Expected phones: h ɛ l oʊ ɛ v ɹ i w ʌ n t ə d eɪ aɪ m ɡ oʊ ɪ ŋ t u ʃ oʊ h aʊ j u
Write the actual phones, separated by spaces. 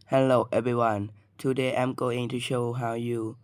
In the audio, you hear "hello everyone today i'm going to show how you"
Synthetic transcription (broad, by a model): h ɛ l oʊ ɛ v ɹ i w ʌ n t ə d eɪ aɪ m ɡ oʊ ɪ ŋ t u ʃ oʊ h aʊ j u